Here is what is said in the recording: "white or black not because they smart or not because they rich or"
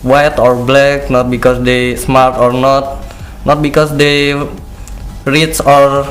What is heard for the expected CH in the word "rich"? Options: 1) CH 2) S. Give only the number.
2